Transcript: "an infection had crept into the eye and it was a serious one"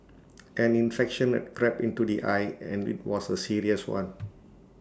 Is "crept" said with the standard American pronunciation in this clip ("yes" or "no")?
no